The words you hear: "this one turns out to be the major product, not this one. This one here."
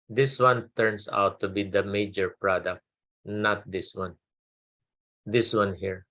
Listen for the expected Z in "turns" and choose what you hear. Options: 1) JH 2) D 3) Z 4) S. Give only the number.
4